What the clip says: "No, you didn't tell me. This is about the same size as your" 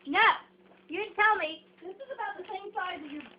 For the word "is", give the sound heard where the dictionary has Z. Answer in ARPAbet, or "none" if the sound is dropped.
Z